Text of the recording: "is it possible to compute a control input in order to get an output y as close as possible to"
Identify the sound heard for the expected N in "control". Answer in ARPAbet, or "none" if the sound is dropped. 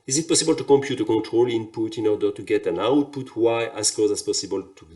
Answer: N